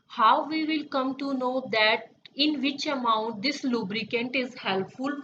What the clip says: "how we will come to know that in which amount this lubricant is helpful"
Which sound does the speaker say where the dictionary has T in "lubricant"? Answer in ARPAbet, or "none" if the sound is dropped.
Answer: T